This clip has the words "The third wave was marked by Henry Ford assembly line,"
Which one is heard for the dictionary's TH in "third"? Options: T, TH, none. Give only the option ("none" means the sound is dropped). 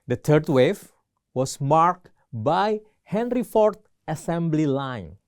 T